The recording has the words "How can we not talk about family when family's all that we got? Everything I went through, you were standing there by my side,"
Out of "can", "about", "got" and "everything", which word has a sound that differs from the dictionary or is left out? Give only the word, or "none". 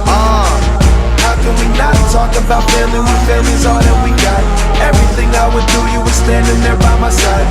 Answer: none